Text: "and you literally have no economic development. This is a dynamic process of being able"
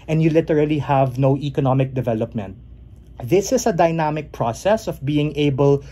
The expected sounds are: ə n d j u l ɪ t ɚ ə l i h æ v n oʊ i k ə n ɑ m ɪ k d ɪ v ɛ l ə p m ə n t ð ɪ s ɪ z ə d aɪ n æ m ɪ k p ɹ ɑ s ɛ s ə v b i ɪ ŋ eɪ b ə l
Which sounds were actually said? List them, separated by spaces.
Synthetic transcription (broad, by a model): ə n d j u l ɪ t ɚ ə l i h æ v n oʊ i k ə n ɑ m ɪ k d ɪ v ɛ l ə p m ə n t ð ɪ s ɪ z ə d aɪ n æ m ɪ k p ɹ ɑ s ɛ s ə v b i ɪ ŋ eɪ b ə l